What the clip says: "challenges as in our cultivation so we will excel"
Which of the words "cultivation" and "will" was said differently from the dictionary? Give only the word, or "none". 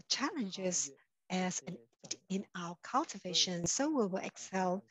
none